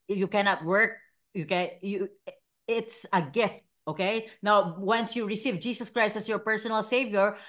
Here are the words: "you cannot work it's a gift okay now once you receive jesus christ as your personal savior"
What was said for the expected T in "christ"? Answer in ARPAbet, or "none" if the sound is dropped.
T